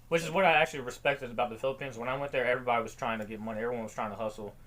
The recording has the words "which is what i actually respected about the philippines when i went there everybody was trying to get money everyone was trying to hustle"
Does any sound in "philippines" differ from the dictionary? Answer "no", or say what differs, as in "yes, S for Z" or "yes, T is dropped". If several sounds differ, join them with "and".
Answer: no